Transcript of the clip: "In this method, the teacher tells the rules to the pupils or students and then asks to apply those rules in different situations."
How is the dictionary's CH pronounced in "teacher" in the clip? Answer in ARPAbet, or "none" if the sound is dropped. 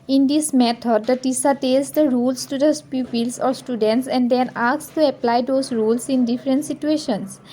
S